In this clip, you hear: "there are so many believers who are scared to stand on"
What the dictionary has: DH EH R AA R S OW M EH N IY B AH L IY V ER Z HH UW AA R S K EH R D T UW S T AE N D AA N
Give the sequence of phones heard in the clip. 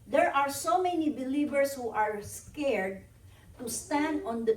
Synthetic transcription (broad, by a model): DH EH R AA R S OW M EH N IY B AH L IY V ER S HH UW AA R S K EH R D T UW S T AE N D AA N